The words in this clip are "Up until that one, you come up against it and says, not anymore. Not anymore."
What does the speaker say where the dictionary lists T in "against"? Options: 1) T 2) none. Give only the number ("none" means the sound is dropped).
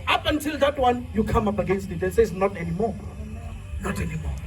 1